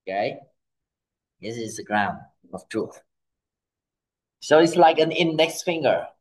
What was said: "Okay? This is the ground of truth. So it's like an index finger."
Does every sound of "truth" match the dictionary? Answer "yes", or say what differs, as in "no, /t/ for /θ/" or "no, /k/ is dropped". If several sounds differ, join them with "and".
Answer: yes